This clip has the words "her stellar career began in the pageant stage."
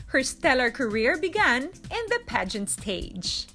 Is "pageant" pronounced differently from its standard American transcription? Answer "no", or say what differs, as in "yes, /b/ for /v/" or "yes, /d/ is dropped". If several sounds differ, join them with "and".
no